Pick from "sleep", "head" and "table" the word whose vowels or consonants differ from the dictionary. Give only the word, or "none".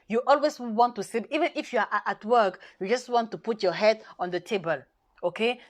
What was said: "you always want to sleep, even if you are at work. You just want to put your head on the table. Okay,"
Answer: sleep